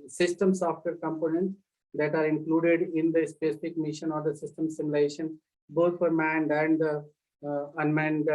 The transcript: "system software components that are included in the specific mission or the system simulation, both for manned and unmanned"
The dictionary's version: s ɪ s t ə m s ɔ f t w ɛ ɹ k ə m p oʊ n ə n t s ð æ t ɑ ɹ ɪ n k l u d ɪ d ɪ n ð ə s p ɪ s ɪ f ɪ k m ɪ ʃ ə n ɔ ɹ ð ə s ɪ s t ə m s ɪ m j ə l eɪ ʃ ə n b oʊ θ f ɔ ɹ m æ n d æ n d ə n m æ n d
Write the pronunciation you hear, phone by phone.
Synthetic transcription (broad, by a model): s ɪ s t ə m s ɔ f t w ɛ ɹ k ə m p oʊ n ə n t s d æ t ɑ ɹ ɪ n k l u d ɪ d ɪ n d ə s p ɪ s ɪ f ɪ k m ɪ ʃ ə n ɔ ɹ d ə s ɪ s t ə m s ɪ m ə l eɪ ʃ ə n b oʊ t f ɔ ɹ m æ n d æ n d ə n m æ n d